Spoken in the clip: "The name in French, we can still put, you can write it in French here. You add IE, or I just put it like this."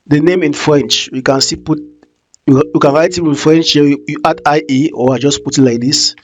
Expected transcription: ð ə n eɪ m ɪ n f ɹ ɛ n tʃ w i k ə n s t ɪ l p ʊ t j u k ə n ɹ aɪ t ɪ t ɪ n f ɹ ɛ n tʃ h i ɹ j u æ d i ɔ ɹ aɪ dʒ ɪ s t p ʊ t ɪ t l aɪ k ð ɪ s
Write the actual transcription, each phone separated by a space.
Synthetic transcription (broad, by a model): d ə n eɪ m ɪ n f ɹ ɛ n tʃ w i k ə n s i p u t j u k ə n ɹ aɪ t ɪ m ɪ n f ɹ ɛ n tʃ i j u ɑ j i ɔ w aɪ dʒ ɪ s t p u t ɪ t l aɪ k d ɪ s